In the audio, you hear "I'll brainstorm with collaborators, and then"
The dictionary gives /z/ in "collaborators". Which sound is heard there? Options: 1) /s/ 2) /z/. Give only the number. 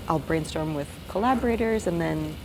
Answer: 2